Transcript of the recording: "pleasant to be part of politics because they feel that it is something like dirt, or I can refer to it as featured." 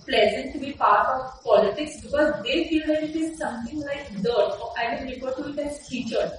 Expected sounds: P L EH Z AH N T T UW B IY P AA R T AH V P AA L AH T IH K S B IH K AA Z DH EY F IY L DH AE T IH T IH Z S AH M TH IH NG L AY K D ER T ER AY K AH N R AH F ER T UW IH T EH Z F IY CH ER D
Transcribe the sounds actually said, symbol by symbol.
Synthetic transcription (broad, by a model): P L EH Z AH N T T UW B IY P AA R T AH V P AA L AH T IH K S B IH K AA Z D EY F IY L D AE T IH T IH Z S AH M T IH NG L AY K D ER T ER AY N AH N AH P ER T UW IH T EH Z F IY CH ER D